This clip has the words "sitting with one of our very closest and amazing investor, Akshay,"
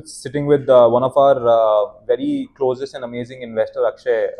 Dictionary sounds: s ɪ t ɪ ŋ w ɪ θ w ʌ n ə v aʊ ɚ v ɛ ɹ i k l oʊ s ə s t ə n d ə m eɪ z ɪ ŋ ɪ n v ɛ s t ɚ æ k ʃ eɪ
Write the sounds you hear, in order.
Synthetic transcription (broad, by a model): s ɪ t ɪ ŋ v ɪ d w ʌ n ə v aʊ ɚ v ɛ ɹ i k l oʊ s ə s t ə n d ə m eɪ z ɪ ŋ ɪ n v ɛ s t ɚ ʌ k ʃ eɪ